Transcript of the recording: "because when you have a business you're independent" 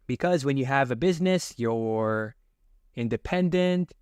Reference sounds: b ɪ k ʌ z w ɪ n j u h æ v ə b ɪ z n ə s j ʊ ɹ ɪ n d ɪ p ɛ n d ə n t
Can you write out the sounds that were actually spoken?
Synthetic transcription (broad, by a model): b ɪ k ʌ z w ɪ n j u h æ v ə b ɪ z n ə s j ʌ ɹ ɪ n d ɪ p ɛ n d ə n t